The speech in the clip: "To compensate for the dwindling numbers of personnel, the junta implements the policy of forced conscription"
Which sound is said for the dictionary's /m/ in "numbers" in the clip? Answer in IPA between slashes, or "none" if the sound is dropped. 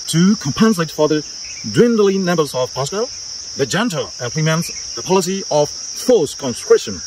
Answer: none